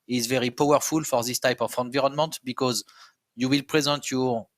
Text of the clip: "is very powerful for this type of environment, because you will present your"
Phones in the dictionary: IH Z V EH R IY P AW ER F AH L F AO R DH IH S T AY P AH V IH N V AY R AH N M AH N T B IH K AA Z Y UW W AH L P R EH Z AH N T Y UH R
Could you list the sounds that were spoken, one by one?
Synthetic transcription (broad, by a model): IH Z V EH R IY P AW ER F AH L F AO R DH IH S T AY P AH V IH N V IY R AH N M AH N T B IH K AA Z Y UW W AH L P R EH Z AH N T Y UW